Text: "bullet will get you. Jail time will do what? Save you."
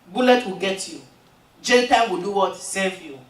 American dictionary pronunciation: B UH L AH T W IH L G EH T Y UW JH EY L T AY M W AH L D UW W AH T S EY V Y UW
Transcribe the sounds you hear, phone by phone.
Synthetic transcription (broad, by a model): B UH L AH T W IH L G EH T Y UW JH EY N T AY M W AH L D UW W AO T S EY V Y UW